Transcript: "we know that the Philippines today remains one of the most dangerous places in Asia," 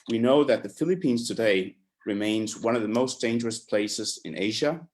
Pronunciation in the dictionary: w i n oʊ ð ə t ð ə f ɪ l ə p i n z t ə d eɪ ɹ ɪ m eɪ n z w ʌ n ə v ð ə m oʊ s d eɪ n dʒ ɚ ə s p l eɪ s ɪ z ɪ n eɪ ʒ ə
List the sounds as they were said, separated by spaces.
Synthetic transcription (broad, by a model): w i n oʊ ð ə t ð ə f ɪ l ə p i n z t ə d eɪ ɹ ɪ m eɪ n z w ʌ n ə v ð ə m oʊ s d eɪ n dʒ ɚ ə s p l eɪ s ɪ z ɪ n eɪ ʒ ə